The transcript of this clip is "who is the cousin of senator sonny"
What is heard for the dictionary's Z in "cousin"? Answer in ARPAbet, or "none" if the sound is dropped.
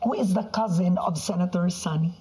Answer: Z